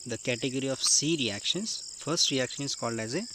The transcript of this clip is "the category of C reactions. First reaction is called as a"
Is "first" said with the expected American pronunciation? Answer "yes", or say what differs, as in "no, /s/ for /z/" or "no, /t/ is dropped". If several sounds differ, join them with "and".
yes